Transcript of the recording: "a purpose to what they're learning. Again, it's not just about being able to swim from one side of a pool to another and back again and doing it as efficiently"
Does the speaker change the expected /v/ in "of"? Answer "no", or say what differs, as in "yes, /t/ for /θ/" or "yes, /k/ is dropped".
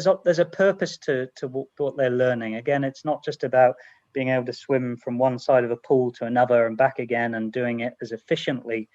no